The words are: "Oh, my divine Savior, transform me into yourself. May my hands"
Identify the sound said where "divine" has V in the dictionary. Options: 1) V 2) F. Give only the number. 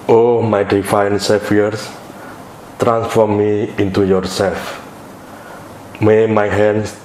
2